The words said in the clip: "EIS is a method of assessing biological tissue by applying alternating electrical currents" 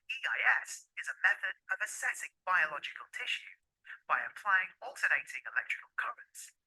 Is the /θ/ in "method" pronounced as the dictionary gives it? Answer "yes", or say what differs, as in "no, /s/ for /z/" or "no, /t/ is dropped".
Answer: yes